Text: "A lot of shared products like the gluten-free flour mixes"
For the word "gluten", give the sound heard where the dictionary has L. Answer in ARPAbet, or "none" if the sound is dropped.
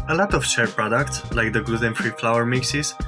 none